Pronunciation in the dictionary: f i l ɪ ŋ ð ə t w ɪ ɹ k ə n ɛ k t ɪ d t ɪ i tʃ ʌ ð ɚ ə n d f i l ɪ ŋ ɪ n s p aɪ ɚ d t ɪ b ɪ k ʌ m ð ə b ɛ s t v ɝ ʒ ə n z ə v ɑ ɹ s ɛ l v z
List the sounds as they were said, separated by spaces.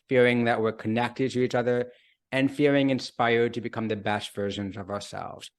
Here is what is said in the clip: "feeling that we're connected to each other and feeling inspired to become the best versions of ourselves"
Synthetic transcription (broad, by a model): f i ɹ ɪ ŋ ð ə t w ɪ ɹ k ə n ɛ k t ɪ d t ɪ i tʃ ʌ ð ɚ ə n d f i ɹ ɪ ŋ ɪ n s p aɪ ɚ d t ɪ b ɪ k ʌ m ð ə b ɛ s t v ɝ ʒ ə n z ə v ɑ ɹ s ɛ l v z